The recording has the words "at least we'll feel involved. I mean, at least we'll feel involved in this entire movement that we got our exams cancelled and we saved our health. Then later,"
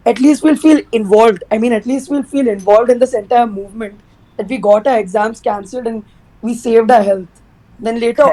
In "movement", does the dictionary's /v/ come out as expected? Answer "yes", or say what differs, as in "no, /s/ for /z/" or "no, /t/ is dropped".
yes